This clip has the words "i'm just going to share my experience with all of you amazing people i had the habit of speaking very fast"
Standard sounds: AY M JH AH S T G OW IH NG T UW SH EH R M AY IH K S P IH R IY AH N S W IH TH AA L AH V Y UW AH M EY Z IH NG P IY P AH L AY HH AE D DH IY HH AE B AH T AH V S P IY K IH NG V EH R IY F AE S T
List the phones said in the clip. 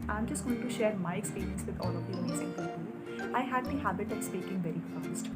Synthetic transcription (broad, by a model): AY M JH AH S T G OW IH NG T UW SH EH R M AY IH K S P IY R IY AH N S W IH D AA L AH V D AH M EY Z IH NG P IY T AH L AY HH AE D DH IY HH AE B AH T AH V S P IY K IH NG V EH R IY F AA S T